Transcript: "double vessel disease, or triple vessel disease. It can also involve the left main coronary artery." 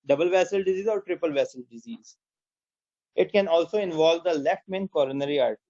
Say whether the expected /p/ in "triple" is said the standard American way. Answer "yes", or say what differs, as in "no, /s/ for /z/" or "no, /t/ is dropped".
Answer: yes